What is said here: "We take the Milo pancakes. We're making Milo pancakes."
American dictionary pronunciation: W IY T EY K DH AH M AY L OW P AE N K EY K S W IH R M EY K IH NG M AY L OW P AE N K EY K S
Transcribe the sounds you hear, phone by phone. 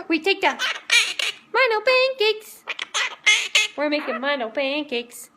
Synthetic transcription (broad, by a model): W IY T EY K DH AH M AY N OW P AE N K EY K S W IH R M EY K IH NG M AY N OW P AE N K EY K S